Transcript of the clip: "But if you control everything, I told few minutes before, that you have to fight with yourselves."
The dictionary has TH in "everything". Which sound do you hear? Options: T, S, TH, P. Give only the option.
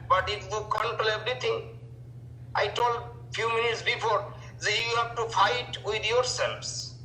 T